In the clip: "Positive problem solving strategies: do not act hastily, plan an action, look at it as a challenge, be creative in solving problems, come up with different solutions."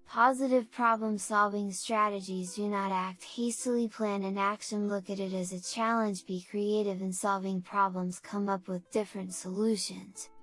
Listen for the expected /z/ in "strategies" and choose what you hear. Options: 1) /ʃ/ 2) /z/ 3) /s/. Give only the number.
2